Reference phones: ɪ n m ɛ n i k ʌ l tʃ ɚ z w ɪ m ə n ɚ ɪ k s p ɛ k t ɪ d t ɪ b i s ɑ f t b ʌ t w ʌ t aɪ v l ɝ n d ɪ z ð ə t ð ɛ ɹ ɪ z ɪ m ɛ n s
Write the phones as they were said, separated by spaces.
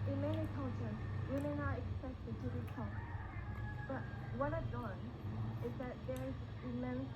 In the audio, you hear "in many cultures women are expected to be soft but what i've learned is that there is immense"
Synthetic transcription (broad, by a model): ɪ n m ɛ n i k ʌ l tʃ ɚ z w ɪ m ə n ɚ ɪ k s p ɛ k t ɪ d t ɪ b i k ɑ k b ʌ t w ʌ t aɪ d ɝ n ɪ z ð ə t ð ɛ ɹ ɪ z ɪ m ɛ n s